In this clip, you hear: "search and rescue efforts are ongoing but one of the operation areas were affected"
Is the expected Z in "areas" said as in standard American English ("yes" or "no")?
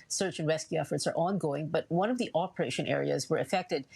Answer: yes